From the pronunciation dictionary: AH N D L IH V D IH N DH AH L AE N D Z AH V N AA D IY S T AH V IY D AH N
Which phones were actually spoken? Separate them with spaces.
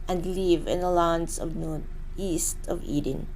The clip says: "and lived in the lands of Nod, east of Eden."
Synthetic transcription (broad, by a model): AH N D L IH V IH N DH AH L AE N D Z AH V N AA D IY S T AH V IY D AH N